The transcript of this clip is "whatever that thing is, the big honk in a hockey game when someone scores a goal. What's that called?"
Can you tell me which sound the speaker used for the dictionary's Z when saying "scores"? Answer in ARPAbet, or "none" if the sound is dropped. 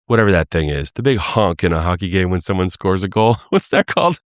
Z